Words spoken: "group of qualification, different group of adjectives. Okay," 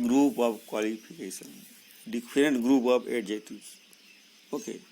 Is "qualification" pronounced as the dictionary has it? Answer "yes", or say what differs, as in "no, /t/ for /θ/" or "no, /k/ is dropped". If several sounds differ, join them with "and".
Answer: no, /p/ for /f/